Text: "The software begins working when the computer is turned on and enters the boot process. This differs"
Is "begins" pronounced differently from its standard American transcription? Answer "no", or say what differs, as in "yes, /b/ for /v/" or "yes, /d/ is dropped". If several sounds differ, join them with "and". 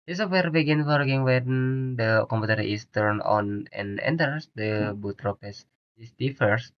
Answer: yes, /z/ is dropped